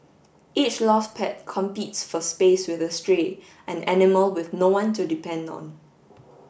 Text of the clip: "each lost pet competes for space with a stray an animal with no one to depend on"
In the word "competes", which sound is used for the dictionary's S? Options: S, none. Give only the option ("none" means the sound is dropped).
S